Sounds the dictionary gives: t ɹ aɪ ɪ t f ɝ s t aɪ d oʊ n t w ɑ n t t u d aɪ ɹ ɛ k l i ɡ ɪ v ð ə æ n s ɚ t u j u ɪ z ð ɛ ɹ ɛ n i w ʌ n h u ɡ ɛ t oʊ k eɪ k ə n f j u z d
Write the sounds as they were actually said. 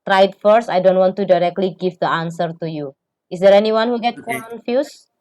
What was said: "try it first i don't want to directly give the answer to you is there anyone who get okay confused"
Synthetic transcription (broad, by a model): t ɹ aɪ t f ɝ s aɪ d oʊ n t w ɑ n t t u d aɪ ɹ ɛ k l i ɡ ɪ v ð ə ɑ n s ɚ t u j u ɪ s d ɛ ɹ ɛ n i w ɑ n h u ɡ ɛ t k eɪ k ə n f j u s